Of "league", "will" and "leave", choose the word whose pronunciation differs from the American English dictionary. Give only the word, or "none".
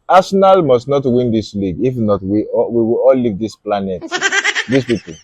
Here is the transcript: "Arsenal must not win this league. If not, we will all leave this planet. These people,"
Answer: will